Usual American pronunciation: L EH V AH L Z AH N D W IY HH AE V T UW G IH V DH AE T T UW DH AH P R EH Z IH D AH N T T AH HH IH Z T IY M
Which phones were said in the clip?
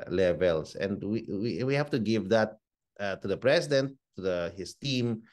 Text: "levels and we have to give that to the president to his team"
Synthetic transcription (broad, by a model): L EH V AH L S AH N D W IY HH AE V T UW G IH V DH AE T T UW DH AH P R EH S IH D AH N T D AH HH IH S T IY M